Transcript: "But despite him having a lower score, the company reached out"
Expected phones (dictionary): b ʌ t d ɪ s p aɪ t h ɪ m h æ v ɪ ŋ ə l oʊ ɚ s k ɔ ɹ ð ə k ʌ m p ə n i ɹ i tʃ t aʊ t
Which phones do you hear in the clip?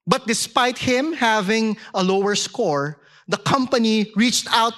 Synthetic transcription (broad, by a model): b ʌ t d ɪ s p aɪ t h ɪ m h æ v ɪ ŋ ə l oʊ ɚ s k ɔ ɹ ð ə k ʌ m p ə n i ɹ i tʃ t aʊ t